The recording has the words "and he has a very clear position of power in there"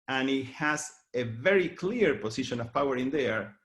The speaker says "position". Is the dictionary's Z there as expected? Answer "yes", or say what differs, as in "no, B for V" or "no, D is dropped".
no, S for Z